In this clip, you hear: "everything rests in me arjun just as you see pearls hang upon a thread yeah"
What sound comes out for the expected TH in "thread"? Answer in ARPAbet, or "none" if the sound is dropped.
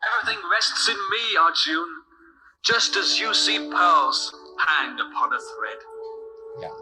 TH